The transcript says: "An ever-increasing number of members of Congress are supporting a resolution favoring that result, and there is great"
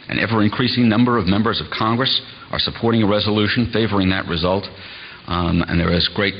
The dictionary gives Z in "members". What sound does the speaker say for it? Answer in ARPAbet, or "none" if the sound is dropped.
Z